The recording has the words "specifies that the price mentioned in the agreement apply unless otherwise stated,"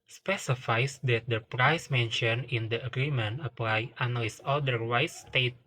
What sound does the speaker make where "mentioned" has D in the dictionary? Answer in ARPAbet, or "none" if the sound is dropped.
none